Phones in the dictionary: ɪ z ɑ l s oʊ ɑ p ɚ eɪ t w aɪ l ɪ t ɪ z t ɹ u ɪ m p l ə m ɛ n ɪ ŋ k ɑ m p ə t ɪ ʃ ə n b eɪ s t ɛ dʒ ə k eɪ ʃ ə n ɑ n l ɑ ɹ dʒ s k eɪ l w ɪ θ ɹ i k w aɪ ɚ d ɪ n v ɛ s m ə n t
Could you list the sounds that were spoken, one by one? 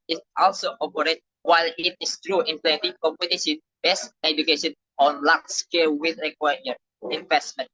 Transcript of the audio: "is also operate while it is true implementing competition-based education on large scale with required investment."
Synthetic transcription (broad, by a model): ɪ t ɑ l s oʊ ɑ p ɚ eɪ t w aɪ l ɪ t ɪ s t ɹ u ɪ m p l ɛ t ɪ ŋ k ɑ m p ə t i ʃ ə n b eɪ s ɛ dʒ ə k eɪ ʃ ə n ɑ n l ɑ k s k eɪ l w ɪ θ ɹ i k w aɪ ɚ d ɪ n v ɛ s m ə n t